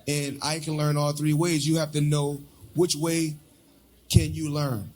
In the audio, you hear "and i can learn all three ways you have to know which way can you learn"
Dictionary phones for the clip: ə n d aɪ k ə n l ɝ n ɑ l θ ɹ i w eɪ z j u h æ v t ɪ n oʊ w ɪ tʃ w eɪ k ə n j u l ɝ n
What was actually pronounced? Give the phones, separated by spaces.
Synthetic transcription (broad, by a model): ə n aɪ k ə n l ɝ n ɑ l θ ɹ i w eɪ z j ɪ h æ f t ɪ n oʊ w ɪ tʃ w eɪ k ə n j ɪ l ɝ n